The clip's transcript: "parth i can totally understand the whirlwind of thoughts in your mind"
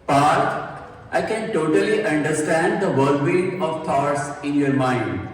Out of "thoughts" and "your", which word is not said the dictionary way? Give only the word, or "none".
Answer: thoughts